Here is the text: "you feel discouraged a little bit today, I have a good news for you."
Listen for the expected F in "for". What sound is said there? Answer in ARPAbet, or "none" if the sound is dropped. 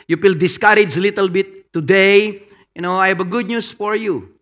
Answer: F